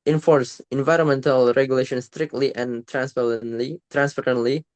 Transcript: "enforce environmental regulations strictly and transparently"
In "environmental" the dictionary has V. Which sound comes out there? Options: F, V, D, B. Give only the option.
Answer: V